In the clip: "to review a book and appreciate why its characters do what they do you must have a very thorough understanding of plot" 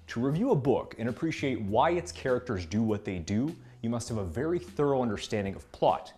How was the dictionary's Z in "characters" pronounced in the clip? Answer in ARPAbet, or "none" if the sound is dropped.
Z